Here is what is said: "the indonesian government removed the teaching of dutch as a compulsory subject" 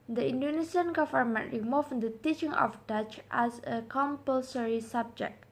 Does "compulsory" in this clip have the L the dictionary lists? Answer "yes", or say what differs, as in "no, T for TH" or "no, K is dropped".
yes